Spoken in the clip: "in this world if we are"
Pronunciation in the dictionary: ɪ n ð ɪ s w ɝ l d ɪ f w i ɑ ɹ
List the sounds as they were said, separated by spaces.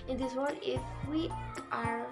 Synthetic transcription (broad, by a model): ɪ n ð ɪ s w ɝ d ɪ f w i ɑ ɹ